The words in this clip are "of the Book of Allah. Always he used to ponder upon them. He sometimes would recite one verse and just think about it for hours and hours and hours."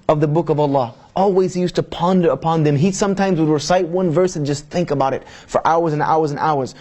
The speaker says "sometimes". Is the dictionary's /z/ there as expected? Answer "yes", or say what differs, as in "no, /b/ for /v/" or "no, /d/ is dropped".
yes